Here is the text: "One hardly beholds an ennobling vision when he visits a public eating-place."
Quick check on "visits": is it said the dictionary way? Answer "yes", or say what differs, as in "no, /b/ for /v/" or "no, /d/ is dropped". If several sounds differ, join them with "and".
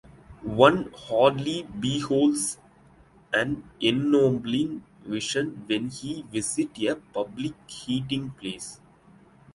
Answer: no, /s/ is dropped